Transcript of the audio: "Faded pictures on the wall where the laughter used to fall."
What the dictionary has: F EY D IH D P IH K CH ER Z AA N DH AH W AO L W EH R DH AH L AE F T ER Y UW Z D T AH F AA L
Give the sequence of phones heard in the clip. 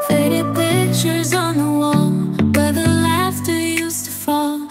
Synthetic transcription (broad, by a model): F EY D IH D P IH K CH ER Z N DH AH W AO L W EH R DH AH L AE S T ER Y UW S T AH F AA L